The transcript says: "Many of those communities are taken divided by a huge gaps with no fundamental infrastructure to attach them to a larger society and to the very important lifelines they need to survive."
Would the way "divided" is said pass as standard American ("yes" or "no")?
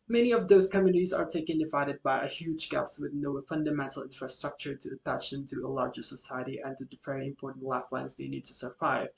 yes